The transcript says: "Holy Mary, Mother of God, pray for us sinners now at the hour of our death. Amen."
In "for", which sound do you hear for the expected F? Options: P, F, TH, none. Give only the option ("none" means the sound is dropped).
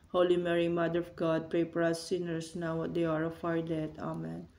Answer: P